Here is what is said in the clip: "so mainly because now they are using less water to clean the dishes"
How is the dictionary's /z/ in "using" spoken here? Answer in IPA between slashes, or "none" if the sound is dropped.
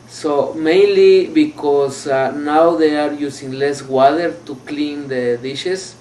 /s/